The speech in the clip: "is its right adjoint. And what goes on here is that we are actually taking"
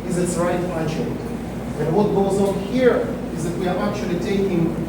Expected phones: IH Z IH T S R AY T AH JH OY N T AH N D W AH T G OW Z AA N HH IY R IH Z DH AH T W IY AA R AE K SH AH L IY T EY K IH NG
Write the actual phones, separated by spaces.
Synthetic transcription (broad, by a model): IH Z IH T S R AY T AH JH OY T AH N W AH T G OW Z AA N HH IY R IH Z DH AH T W IY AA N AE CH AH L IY T EY K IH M